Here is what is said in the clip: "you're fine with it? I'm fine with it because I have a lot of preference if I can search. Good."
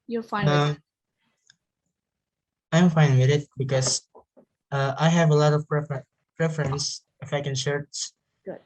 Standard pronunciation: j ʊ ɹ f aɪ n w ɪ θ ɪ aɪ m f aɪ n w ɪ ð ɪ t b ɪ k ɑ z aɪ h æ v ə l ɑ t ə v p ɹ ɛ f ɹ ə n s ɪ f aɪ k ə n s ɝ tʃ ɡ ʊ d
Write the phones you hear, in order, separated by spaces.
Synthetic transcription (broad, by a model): j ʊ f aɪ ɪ ɪ aɪ m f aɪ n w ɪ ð ɪ t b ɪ k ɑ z aɪ h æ v ə l ɑ t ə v p ɹ ɛ f ɹ ə n s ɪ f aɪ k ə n ʃ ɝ s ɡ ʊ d